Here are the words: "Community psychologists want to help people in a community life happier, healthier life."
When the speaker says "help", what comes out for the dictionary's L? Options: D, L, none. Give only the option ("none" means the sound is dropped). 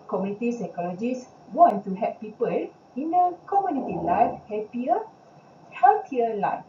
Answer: none